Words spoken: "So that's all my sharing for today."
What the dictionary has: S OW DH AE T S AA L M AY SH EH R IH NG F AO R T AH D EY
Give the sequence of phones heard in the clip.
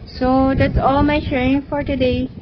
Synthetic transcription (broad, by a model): S OW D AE T S AA L M AY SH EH IH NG F AO R T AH D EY